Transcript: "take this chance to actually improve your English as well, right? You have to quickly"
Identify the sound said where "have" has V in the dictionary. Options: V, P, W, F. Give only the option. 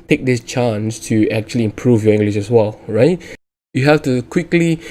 F